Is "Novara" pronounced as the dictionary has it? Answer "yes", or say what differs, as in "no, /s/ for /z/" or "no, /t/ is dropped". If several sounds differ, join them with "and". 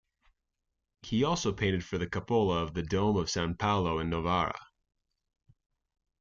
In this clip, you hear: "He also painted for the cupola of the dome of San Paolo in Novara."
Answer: yes